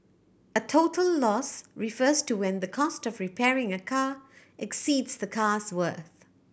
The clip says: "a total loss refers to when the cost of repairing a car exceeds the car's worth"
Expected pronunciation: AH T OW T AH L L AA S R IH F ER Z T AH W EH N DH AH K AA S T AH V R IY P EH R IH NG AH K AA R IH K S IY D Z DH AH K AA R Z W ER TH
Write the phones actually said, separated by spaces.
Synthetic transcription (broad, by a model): AH T OW T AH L L AA S R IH F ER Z T AH W EH N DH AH K AA S T AH V R IY P EH R IH NG AH K AA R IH K S IY D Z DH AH K AA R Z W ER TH